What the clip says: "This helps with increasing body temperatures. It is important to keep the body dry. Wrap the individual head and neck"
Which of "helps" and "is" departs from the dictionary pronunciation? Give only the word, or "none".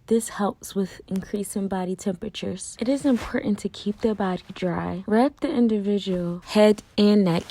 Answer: none